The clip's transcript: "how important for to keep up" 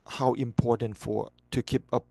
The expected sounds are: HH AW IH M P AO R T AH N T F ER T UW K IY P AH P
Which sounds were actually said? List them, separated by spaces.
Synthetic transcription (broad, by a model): HH AW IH M P AO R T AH N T F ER T UW K IY P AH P